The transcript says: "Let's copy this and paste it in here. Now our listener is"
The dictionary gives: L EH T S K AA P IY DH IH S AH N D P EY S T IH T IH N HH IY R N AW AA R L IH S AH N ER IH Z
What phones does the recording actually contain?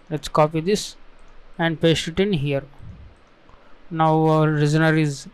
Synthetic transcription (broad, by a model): L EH T S K AA P IY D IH S AH N D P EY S IH T IH N HH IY R N AW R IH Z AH N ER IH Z